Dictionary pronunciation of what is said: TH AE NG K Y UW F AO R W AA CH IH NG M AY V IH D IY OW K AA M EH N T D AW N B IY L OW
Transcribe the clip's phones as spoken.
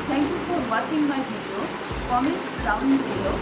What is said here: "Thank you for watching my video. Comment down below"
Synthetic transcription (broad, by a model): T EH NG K Y UW F AO R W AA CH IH NG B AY B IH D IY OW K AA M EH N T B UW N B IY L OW